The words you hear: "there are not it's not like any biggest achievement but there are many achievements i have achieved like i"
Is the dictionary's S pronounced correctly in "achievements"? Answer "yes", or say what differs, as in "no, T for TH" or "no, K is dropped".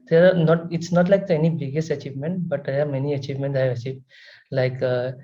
no, S is dropped